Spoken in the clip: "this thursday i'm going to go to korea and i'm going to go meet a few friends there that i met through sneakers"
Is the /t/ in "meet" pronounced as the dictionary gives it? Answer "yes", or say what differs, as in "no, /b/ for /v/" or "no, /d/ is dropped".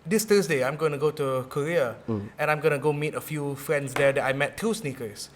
yes